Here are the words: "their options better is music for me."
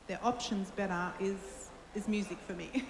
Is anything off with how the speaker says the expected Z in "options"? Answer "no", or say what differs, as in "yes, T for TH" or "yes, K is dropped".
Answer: no